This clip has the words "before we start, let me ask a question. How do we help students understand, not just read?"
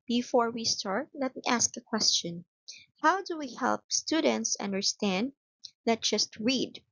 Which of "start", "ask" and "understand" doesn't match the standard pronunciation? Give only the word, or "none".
none